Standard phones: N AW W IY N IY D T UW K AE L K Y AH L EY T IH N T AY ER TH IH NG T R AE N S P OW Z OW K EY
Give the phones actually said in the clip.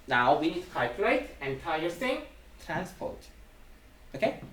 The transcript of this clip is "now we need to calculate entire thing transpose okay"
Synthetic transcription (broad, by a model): N AW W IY N IY D T UW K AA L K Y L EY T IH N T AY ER S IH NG T R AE N S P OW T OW K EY